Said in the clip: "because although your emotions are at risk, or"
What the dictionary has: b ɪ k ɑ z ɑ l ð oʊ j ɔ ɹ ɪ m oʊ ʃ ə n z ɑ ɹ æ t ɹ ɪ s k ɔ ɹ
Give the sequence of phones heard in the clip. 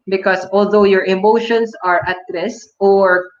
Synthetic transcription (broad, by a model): b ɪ k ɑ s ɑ l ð oʊ j ɔ ɹ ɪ m oʊ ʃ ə n s ɑ ɹ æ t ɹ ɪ s ɔ ɹ